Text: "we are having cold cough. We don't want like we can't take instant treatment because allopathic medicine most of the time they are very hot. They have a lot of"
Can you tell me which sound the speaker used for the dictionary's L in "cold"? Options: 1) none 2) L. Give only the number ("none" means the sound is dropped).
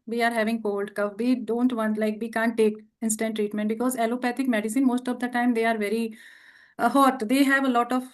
2